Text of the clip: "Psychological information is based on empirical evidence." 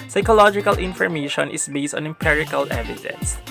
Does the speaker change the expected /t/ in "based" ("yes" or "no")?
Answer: no